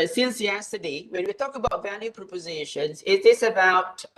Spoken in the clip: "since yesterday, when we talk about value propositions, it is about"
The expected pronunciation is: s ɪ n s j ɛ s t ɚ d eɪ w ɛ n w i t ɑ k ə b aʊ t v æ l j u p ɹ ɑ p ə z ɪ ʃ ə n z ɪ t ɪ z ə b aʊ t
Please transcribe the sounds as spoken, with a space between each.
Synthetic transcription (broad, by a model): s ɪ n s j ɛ s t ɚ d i w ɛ n w i t ɑ k ə b aʊ t v æ l j u p ɹ ɑ p ə z ɪ ʃ ə n z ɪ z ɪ s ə b aʊ t